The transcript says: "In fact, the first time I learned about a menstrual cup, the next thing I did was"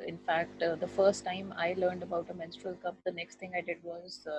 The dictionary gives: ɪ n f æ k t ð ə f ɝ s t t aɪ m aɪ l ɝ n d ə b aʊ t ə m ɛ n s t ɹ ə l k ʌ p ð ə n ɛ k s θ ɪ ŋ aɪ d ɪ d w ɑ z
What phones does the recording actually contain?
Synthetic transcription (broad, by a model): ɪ n f æ k t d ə f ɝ s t t aɪ m aɪ l ɝ n d ə b aʊ t ə m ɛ n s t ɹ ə l k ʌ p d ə n ɛ k s t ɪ ŋ aɪ d ɪ d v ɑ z